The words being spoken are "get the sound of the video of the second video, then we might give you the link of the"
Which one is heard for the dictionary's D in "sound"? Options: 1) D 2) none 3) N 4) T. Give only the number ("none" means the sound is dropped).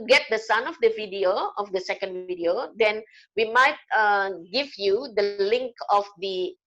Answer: 2